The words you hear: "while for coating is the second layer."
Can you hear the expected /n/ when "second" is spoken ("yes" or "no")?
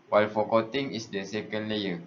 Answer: yes